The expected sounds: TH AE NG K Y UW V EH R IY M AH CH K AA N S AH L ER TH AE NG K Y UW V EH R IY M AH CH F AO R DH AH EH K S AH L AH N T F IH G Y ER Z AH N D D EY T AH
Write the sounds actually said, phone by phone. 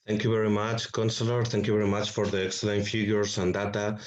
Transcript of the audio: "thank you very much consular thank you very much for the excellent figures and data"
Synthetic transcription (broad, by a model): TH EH NG K Y UW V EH R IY M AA CH K AA N S AH L ER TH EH NG K Y UW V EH R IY M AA CH F AO R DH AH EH K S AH L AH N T F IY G Y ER S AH N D D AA T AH